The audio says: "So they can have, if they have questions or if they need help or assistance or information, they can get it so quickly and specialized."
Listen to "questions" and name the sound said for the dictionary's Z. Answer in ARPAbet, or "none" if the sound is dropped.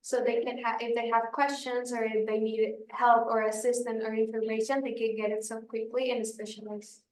Z